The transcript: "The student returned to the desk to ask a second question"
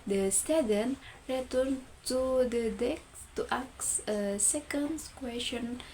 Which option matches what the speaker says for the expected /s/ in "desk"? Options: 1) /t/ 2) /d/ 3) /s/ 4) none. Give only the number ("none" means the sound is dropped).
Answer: 4